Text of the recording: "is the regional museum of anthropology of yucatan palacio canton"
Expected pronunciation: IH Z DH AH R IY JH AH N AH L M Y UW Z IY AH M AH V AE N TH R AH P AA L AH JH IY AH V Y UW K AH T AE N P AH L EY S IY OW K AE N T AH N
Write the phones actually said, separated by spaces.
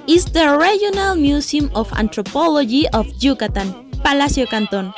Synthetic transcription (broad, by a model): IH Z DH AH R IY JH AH N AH L M Y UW S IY M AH F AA N T R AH P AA L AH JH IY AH F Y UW K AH T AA N P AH L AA S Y OW K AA N T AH N